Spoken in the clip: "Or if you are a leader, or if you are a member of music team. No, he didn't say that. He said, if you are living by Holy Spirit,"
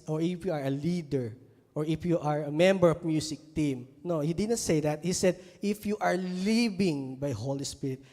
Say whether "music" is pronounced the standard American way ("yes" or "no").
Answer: no